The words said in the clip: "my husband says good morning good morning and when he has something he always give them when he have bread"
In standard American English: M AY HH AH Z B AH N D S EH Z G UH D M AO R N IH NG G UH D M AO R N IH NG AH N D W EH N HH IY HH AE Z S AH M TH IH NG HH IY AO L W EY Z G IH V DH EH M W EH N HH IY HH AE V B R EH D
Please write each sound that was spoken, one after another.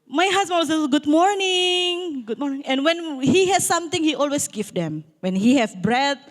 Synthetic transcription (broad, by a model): M AY HH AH S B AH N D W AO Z G UH D M AO R N IH NG G UH D M AO R N IH NG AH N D W EH N HH IY HH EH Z S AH M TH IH NG HH IY AO L W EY S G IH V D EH M W EH N HH IY HH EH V B R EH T